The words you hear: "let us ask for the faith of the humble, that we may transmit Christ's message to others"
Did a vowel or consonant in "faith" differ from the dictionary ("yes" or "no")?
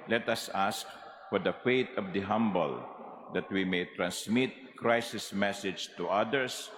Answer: yes